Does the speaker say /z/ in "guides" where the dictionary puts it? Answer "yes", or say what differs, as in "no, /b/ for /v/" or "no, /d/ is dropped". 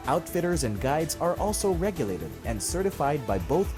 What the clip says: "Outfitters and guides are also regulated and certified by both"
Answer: yes